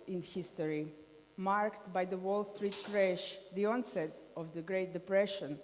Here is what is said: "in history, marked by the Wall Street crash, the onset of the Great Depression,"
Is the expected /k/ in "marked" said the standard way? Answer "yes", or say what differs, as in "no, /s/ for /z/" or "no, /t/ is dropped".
yes